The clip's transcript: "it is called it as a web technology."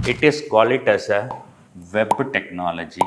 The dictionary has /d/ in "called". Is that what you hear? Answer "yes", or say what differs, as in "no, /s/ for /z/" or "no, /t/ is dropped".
no, /d/ is dropped